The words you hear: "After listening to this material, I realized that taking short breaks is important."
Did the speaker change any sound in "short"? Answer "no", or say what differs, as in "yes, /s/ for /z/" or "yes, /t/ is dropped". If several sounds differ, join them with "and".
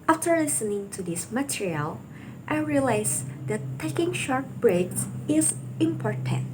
no